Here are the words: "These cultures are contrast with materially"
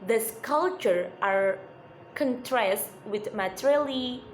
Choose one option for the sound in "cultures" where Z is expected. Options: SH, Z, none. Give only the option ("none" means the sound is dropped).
none